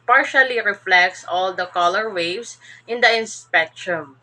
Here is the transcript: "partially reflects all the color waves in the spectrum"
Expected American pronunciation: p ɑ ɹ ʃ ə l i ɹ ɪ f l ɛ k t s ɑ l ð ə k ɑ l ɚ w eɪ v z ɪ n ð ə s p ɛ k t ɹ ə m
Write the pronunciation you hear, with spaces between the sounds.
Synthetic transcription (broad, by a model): p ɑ ɹ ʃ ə l i ɹ ɪ f l ɛ k t s ɑ l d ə k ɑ l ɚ w eɪ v s ɪ n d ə s p ɛ k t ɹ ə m